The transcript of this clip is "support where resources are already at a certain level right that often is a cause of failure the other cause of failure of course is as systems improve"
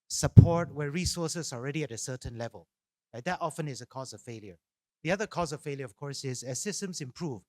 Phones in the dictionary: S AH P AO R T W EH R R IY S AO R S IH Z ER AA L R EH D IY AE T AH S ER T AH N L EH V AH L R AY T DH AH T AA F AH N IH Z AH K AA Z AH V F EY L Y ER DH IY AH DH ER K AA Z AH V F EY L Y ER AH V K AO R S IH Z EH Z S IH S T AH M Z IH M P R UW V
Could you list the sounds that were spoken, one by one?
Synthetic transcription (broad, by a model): S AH P AO R T W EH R R IY S AO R S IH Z AA L R EH D IY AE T AH S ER T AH N L EH V AH L L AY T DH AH T AA F AH N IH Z AH K AA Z AH V F EY L Y ER DH IY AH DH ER K AA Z AH V F EY L Y ER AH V K AO R S IH Z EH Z S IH S T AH M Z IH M P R UW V